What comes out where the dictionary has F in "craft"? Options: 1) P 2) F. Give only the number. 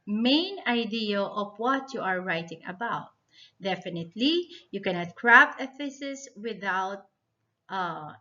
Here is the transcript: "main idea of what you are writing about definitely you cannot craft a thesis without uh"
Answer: 1